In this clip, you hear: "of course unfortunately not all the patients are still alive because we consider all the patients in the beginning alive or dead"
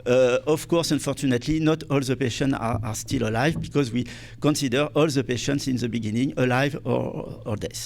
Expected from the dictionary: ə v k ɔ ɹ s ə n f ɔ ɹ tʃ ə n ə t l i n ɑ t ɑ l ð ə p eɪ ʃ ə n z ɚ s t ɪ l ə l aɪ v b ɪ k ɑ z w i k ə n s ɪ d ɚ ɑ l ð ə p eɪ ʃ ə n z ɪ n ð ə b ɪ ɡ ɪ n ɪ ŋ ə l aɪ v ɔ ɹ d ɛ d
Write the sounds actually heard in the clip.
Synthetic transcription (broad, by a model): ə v k ɔ ɹ s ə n f ɔ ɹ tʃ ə n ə t l i n ɑ t ɑ l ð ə p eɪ ʃ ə n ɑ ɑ s t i l ə l aɪ v b ɪ k ɑ z w i k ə n s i d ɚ ɑ l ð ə p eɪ ʃ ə n s ɪ n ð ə b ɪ ɡ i n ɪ ŋ ə l aɪ v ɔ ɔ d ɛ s